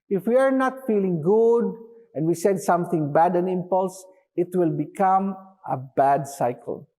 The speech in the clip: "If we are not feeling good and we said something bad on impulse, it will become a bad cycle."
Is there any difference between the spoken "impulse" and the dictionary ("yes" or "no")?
no